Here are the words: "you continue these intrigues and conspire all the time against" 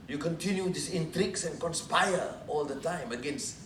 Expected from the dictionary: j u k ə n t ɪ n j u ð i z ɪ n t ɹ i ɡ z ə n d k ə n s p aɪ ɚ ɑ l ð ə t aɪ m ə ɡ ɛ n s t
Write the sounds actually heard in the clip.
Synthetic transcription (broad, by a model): j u k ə n t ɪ n j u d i s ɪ n t ɹ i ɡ s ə n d k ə n s p aɪ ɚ ɑ l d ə t aɪ m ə ɡ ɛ n s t